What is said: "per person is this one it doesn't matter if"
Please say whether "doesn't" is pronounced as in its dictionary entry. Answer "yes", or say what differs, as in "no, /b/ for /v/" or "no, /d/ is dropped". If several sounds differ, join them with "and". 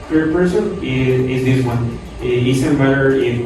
no, /s/ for /z/